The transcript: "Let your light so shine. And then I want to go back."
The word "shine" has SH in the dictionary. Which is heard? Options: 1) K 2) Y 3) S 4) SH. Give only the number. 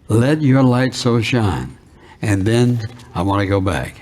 4